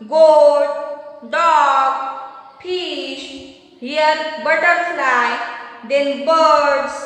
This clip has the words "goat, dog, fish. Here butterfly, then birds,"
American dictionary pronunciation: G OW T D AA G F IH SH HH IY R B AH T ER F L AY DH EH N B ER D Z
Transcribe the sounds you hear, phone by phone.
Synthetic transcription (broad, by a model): G OW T D AA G P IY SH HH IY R B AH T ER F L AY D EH N B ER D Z